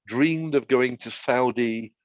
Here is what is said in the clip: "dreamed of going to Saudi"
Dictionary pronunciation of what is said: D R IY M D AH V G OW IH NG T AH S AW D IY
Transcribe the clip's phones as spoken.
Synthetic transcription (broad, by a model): D R IY M D AH V G OW IH NG T AH S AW D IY